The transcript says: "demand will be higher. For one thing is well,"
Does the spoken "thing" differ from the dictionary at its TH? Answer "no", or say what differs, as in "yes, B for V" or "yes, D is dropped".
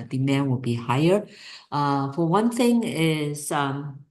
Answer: no